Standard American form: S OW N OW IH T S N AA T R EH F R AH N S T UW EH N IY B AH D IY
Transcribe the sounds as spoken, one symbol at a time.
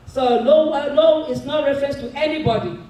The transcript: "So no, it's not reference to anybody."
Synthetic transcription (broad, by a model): S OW L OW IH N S N AA T R EH F R AH N S T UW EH N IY B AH D IY